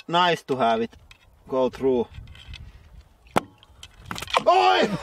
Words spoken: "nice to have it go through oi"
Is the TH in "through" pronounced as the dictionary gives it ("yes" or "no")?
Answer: no